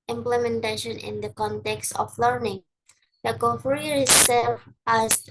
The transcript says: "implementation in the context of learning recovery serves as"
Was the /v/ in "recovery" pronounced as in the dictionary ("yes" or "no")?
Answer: no